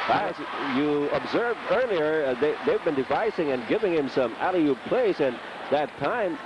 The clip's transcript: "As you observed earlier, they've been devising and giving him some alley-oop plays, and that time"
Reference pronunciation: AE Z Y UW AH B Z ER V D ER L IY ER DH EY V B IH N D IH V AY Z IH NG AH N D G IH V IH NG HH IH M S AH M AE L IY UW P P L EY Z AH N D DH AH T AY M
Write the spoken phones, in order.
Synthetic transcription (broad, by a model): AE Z Y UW AH B Z ER V D ER L IY ER DH EY V B IH N D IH V AY S IH NG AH N G IH V IH NG HH IH M S AH M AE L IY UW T P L EY S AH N DH AH T AY M